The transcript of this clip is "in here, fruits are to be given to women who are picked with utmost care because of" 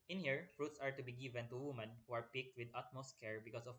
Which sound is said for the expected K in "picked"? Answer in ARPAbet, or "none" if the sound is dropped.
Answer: K